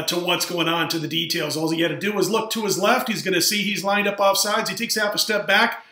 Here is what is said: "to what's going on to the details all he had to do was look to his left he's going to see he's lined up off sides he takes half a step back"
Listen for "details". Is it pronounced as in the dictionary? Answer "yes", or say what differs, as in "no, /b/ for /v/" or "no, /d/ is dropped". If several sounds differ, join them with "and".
yes